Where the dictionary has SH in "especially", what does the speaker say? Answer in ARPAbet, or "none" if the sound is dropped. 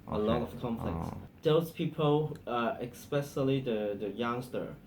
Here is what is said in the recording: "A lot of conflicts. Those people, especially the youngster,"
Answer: S